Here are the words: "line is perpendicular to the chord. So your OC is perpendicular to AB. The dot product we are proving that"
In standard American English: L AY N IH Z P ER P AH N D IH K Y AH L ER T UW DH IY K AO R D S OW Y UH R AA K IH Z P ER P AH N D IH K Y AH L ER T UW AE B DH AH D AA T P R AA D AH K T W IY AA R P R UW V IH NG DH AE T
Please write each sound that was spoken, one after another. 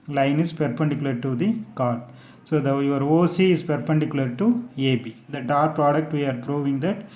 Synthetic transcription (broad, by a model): L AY N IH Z P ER P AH N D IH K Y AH L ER T UW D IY K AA R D S OW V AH R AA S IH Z P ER P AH N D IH K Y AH L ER T UW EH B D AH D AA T P R AA D AH K T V IY AA R P R UW V IH NG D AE T